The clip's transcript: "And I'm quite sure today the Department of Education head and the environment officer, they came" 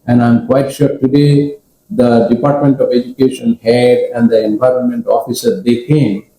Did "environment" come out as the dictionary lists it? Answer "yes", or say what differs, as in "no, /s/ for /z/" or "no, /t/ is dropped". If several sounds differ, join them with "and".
yes